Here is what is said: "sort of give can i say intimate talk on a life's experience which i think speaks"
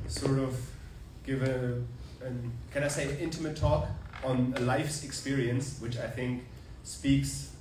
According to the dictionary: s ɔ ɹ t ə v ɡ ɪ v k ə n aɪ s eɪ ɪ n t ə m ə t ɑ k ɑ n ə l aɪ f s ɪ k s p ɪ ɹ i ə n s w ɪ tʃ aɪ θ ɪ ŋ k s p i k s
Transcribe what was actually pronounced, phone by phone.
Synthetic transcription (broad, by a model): s ɔ ɹ t ə v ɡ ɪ v k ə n aɪ s eɪ ɪ n t ə m ə t ɑ k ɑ n ə l aɪ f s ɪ k s p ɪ ɹ i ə n s w ɪ tʃ aɪ θ ɪ ŋ k s p i k s